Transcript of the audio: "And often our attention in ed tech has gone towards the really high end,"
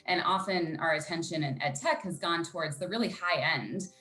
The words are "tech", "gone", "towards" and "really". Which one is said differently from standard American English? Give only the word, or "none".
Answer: none